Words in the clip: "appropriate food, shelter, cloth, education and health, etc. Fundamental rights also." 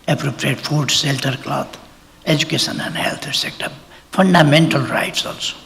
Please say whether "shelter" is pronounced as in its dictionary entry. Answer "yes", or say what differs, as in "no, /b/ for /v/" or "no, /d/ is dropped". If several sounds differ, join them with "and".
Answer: no, /s/ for /ʃ/